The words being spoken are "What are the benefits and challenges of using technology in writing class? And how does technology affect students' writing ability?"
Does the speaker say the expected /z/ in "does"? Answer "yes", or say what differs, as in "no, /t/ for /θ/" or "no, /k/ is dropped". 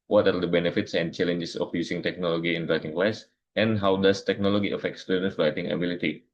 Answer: no, /s/ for /z/